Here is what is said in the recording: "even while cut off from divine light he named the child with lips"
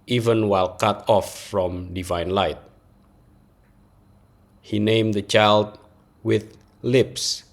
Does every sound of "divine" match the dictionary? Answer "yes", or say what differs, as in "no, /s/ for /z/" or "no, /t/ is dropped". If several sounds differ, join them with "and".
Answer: yes